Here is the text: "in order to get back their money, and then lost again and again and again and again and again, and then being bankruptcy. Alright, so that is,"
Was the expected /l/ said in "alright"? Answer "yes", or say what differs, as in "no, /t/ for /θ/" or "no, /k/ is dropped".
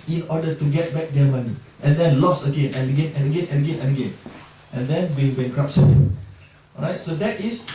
no, /l/ is dropped